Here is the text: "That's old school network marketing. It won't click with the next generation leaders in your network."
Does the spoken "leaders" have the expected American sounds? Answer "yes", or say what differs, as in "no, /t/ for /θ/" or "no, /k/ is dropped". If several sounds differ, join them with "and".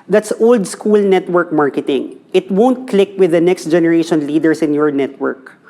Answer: no, /s/ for /z/